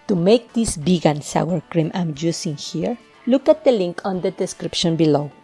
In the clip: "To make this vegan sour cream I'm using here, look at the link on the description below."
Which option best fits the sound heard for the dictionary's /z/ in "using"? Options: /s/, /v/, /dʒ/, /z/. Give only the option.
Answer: /s/